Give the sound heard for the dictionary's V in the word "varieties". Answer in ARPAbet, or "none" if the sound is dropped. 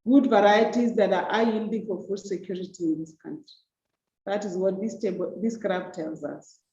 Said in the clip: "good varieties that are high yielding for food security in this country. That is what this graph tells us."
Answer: V